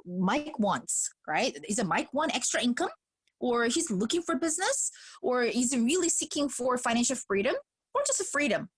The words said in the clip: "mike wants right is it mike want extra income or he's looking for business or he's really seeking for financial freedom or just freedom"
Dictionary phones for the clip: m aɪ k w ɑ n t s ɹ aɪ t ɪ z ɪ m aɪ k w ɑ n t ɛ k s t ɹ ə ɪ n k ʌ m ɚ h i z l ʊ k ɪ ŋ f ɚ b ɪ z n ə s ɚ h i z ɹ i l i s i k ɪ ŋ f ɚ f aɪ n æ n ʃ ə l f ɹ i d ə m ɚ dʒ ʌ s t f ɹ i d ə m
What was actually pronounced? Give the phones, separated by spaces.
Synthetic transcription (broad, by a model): m aɪ k w ɑ n t s ɹ aɪ t ɪ z ɪ m aɪ k w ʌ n ɛ k s t ɹ ə ɪ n k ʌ m ɚ h i z l ʊ k ɪ ŋ f ɚ b ɪ z n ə s ɚ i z ɹ i l i s i k ɪ ŋ f ɚ f aɪ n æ n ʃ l f ɹ i d ə m ɚ dʒ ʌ s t f ɹ i d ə m